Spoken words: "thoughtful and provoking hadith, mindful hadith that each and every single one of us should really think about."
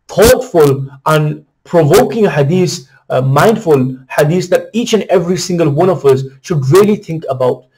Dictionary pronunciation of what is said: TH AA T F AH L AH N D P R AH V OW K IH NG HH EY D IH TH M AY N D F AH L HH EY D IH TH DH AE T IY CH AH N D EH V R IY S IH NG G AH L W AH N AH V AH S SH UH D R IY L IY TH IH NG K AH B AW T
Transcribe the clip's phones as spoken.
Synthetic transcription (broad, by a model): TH AA T F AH L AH N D P R AH V OW K IH NG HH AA D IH S M AY N D F AH L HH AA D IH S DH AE T IY CH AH N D EH V R IY S IH NG G AH L W AH N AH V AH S SH UH D R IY L IY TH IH NG K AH B AW T